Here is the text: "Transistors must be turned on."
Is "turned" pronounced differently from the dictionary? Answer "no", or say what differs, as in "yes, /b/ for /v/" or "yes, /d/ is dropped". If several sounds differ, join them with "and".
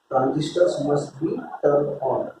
yes, /n/ is dropped